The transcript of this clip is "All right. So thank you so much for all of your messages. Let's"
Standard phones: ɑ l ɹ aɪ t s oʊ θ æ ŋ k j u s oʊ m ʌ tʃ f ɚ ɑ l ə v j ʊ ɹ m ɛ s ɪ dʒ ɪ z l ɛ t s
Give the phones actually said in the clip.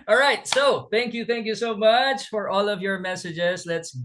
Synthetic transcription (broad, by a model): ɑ l ɹ aɪ t s oʊ θ æ ŋ k j u s oʊ m ʌ tʃ f ɚ ɑ l ə v j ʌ ɹ m ɛ s ɪ dʒ ɪ z l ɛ t s